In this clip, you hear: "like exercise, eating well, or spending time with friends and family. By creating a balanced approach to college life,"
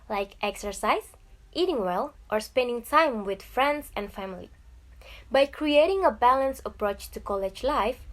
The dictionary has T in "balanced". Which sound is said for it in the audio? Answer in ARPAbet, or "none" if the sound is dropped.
none